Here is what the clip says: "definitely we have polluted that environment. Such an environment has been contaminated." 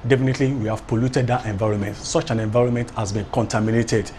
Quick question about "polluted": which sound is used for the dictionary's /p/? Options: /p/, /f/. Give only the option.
/p/